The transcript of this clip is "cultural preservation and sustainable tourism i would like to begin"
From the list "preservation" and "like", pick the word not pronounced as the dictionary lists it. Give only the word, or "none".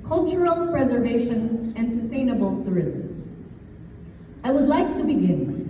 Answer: none